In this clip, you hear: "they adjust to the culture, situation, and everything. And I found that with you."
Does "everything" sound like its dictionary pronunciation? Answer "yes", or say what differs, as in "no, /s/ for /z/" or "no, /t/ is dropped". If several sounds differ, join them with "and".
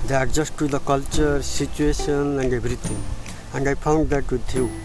no, /t/ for /θ/